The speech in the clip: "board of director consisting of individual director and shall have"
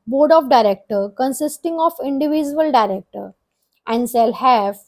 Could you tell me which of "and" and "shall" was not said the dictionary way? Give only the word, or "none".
shall